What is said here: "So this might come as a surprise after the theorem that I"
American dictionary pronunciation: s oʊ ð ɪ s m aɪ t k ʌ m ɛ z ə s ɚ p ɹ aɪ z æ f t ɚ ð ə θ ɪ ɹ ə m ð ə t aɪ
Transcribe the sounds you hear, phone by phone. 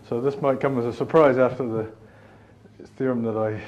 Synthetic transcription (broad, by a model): s oʊ ð ɪ s m aɪ t k ʌ m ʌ z ə s ɚ p ɹ aɪ z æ f t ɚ ð ə θ ɪ ɹ ə m ð ə t aɪ